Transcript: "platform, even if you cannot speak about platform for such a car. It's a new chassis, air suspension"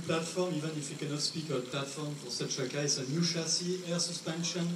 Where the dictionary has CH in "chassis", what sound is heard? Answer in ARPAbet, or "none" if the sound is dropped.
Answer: SH